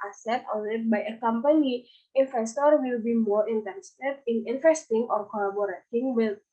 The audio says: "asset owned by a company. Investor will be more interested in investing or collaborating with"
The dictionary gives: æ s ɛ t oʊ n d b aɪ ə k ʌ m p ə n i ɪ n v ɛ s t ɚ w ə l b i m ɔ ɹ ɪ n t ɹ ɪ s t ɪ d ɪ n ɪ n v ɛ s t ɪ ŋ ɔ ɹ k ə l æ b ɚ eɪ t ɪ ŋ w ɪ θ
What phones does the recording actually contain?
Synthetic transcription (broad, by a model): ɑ s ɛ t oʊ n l b aɪ ə k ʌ m p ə n i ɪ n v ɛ s t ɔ w ə l b i m ɔ ɹ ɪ n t ɪ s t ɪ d ɪ n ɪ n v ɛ s t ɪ ŋ ɔ ɹ k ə l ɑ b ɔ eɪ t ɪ ŋ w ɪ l